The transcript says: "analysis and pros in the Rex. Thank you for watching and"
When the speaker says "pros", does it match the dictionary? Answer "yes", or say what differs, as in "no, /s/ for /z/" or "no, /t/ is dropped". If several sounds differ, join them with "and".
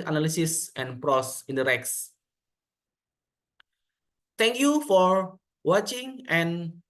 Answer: no, /s/ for /z/